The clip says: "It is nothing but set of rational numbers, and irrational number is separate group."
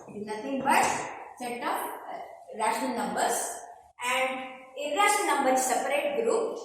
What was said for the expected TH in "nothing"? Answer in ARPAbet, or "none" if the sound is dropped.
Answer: T